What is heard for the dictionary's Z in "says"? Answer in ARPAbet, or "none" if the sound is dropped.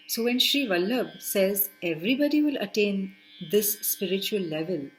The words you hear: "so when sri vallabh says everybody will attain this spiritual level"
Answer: Z